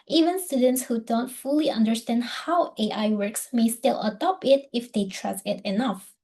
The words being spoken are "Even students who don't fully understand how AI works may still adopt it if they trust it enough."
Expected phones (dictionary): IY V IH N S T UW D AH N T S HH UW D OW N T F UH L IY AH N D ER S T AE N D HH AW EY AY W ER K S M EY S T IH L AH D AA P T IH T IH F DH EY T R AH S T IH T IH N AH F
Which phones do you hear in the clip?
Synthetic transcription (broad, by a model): IY V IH N S T UW D AH N T S HH UW D OW N T F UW L IY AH N D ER S T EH N D HH AW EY AY W ER K S M EY S T IH L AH D AA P IH T IH F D EY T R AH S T IH T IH N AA F